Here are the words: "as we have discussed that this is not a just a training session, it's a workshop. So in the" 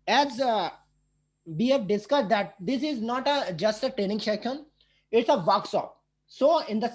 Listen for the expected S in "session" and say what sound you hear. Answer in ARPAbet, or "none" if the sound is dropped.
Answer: SH